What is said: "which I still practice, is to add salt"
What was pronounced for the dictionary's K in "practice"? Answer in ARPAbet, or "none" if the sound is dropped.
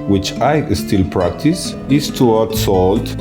K